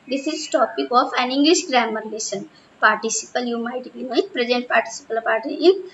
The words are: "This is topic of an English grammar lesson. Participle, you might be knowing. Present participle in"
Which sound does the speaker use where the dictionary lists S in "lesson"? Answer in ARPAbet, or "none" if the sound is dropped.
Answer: SH